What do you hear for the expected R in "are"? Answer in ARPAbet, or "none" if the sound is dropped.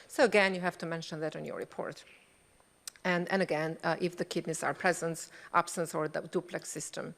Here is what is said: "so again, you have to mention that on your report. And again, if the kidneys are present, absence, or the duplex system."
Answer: R